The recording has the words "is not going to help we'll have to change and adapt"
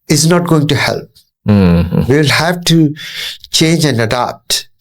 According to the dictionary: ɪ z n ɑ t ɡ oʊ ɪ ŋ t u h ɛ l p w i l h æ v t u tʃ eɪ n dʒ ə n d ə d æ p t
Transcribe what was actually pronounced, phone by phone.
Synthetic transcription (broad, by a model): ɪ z n ɑ t ɡ oʊ ɪ ŋ t u h ɛ l p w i l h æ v t u tʃ eɪ n dʒ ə n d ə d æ p t